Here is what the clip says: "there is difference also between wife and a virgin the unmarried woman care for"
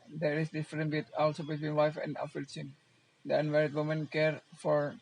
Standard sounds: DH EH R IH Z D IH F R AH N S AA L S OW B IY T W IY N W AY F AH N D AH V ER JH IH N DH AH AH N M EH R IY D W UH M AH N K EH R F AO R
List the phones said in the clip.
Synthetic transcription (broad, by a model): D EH R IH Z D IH F R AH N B AA L S OW B IY T W IY N W AY F AH N D AH F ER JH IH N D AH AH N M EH R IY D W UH M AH N K EH R F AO R